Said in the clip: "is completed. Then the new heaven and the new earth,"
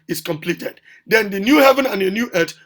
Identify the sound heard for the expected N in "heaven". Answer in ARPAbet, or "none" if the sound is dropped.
N